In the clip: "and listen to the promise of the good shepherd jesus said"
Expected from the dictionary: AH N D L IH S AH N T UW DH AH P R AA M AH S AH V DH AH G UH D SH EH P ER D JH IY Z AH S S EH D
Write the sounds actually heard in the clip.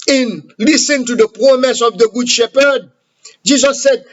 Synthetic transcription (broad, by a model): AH N L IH S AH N T UW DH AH P R AA M AH S AH V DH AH G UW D SH EH P ER D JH IY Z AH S S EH D